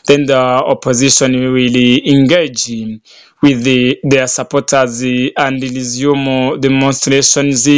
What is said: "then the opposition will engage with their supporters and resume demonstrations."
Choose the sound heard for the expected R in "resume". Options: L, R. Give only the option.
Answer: L